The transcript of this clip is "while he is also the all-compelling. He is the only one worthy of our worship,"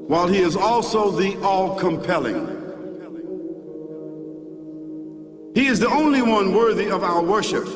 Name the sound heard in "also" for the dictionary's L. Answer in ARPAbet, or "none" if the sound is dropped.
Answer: L